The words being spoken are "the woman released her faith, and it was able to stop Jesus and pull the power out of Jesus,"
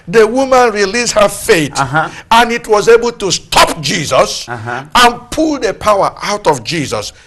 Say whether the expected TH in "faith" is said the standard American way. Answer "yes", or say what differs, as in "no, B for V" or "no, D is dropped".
no, T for TH